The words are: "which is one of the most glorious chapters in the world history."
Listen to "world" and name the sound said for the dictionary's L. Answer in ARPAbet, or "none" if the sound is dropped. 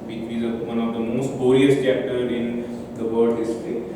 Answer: none